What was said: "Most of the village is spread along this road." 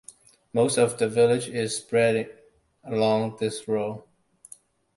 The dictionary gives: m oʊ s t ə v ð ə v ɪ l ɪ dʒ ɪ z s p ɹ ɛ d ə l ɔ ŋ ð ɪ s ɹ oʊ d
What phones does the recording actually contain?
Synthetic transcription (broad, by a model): m oʊ s t ə v ð ə v ɪ l ɪ dʒ ɪ z s p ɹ ɛ d ə l ɔ ŋ ð ɪ s ɹ oʊ